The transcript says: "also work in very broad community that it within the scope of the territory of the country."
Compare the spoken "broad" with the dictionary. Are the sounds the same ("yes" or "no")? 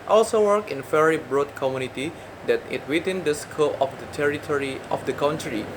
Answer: yes